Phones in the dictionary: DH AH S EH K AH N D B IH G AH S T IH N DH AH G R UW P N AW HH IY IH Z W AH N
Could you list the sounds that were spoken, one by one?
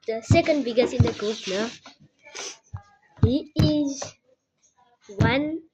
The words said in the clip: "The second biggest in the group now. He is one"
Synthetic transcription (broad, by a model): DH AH S EH K AH N D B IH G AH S IH N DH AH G UW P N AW HH IY IH Z W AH N